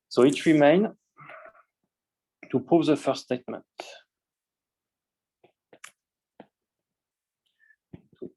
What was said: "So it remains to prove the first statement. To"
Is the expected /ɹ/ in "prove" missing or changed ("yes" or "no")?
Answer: yes